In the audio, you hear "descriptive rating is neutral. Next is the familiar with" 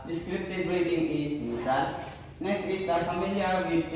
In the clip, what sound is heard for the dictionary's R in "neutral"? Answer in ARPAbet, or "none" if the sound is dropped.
none